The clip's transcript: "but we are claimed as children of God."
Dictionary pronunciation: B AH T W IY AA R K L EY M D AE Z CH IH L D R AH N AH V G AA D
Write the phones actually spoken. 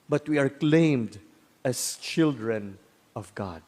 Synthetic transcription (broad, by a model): B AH T W IY AA R K L EY M D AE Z CH IH L D R AH N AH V G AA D